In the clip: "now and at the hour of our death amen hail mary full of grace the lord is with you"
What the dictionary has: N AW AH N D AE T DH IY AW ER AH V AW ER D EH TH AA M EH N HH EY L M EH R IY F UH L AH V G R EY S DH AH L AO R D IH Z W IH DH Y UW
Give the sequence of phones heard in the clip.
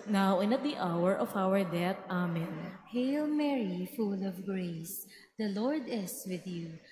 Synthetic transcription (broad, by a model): N AW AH N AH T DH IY AW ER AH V AW ER D EH T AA M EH N HH EY L M EH R IY F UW L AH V G R EY S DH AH L AO R D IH S W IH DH Y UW